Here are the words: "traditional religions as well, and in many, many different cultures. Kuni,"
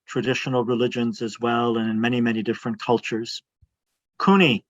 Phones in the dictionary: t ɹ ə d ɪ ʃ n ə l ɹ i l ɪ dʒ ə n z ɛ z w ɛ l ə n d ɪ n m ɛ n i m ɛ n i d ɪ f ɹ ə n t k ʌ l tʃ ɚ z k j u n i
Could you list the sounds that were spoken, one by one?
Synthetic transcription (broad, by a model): t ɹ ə d ɪ ʃ n l ɹ i l ɪ dʒ ə n z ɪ z w ɛ l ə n ɪ n m ɛ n i m ɛ n i d ɪ f ɹ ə n k ʌ l tʃ ɚ z k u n i